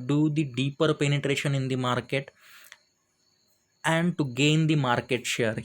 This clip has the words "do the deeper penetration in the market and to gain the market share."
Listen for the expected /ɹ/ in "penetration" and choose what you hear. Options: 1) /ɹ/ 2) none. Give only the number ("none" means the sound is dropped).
1